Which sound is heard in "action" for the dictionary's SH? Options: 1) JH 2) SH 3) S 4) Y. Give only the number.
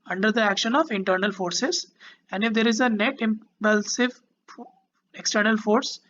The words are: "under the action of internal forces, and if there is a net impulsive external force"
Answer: 2